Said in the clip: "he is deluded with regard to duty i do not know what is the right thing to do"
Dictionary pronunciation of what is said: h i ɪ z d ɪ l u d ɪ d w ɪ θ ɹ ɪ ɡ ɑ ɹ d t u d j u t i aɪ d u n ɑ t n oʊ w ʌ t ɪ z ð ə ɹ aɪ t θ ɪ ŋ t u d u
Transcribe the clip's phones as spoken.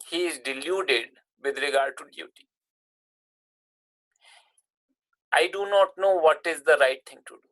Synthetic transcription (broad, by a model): h i ɪ z d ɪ l u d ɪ d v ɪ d ɹ ɪ ɡ ɑ ɹ d t u d j u t i aɪ d u n ɑ t n oʊ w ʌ t ɪ z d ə ɹ aɪ t t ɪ ŋ t u d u